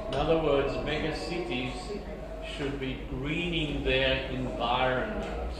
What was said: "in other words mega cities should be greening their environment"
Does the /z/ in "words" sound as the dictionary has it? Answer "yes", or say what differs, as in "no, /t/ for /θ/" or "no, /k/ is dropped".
yes